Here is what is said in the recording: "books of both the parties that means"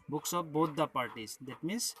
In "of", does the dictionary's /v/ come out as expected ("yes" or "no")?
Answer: no